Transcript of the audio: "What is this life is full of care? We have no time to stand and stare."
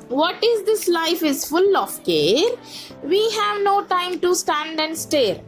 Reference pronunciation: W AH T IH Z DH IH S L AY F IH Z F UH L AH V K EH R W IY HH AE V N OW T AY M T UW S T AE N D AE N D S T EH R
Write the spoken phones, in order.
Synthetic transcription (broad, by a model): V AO T IH Z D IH S L AY F IH Z F UH L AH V K EH R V IY HH AE V N OW T AY M T UW S T AE N D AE N D S T EH R